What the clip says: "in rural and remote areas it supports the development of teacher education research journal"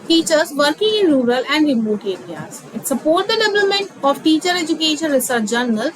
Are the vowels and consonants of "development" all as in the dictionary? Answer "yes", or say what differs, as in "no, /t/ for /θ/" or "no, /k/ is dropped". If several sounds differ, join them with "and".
no, /p/ is dropped